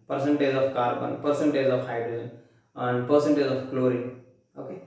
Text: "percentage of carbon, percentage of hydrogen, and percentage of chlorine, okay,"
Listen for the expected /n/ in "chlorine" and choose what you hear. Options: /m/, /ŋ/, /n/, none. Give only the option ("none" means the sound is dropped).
none